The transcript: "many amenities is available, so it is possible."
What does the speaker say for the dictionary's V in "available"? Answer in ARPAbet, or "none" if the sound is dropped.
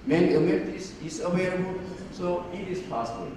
W